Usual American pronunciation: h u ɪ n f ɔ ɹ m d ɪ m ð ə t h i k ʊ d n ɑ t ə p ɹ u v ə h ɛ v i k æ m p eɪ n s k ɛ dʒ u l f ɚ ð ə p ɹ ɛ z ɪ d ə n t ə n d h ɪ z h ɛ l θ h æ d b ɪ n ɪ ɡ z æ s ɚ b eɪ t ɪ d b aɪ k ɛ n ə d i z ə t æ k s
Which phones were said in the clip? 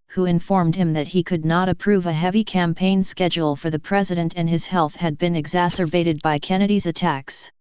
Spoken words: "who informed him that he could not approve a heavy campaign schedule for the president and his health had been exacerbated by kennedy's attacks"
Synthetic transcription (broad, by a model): h u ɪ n f ɔ ɹ m d ɪ m ð ə t h i k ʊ d n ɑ t ə p ɹ u v ə h ɛ v i k æ m p eɪ n s k ɛ dʒ l f ɚ ð ə p ɹ ɛ z ɪ d ə n t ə n ɪ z h ɛ l θ h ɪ d b ɪ n ɪ ɡ z æ s ɚ b eɪ t ɪ d b aɪ k ɛ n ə d i z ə t æ k s